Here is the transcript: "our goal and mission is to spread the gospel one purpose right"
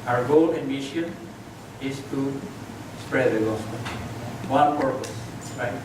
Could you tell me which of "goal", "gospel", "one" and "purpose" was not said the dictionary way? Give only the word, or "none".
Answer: gospel